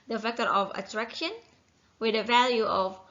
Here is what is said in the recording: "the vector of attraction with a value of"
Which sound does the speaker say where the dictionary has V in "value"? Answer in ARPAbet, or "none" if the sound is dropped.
V